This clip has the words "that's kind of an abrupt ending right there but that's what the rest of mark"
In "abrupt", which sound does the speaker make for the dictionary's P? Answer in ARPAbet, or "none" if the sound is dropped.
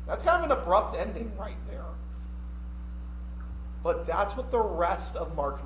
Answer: P